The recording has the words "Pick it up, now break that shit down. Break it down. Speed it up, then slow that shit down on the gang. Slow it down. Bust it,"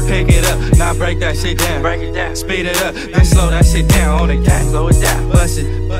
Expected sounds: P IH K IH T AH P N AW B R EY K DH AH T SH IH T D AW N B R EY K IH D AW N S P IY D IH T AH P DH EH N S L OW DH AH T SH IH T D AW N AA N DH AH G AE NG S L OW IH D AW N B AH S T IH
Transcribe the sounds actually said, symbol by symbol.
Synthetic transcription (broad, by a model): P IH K IH T AH P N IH B R EY K DH AH T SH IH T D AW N B R EY K IH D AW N S P IY D IH T AH P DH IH S L OW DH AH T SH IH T D AW N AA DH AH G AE S L OW IH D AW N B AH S IH